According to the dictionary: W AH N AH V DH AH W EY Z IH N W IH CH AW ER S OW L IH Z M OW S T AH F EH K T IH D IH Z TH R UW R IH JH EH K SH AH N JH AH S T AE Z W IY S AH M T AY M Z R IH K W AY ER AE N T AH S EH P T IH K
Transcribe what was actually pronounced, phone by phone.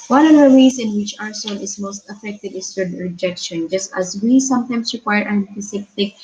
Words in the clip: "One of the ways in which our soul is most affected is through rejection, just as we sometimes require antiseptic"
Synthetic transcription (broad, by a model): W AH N AH V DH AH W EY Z IH N W IH CH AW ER S OW L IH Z M OW S T AH F EH K T IH D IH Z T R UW R IH JH EH K SH AH N JH AH S T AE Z W IY S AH M T AY M S R IH K W AY ER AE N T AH S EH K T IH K